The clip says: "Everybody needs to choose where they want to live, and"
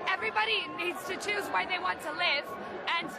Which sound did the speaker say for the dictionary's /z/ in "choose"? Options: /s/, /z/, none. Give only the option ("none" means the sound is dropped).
/z/